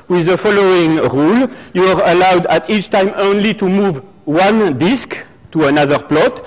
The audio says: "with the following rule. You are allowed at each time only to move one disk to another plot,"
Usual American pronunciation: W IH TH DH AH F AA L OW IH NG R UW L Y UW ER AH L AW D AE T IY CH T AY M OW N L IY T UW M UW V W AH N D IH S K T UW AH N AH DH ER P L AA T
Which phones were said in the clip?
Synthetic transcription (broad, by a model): W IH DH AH F AA L OW IH NG R UW L Y UW ER AH L AW D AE T IY CH T AY M OW N L IY T UW M UW V W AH N D IH S K T UW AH N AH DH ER P L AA T